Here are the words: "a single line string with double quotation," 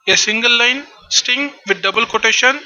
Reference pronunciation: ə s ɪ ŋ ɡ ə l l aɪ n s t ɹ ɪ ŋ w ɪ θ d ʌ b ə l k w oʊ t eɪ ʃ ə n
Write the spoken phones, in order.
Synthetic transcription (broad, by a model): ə s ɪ ŋ ɡ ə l l aɪ n s t ɪ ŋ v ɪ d d ʌ b ə l k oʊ t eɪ ʃ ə n